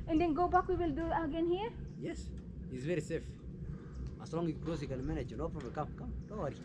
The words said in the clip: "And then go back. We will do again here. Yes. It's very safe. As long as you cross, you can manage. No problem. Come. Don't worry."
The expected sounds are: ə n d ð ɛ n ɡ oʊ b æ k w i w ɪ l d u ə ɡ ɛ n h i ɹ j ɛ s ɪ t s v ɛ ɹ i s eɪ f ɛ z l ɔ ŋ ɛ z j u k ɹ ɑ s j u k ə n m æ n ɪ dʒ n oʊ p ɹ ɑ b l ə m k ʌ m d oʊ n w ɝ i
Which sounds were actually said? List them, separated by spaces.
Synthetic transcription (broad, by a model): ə n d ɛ n ɡ oʊ b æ k w i w ɪ l d u ə ɡ ɛ n h i ɹ j ɛ s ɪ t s v ɛ ɹ i s eɪ f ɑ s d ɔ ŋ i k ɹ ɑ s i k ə l m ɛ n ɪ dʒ n oʊ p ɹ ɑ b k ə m k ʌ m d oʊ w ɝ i